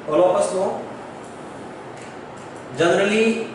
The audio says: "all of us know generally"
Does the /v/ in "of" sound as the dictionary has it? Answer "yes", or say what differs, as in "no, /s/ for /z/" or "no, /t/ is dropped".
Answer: no, /p/ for /v/